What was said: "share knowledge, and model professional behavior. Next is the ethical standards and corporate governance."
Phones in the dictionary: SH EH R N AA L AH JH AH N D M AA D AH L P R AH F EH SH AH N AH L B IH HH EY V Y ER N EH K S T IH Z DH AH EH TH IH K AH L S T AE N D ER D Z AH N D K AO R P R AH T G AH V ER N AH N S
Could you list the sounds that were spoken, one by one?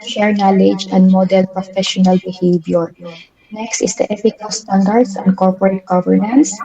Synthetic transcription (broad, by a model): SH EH R N AA L AH JH AH N D M AA D AH L P R AH F EH SH AH N AH L B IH HH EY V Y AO N EH K S T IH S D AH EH F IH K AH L S T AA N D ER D S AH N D K AO R P R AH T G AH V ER N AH N S